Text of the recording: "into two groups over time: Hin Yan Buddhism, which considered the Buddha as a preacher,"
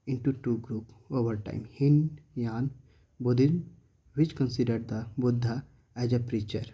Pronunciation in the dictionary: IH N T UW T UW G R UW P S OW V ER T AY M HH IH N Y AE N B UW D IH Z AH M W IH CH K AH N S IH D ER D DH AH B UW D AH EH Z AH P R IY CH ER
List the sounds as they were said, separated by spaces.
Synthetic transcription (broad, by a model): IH N T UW T UW G R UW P OW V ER T AY M HH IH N Y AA N B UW D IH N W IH CH K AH N S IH D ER D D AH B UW D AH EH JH AH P R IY CH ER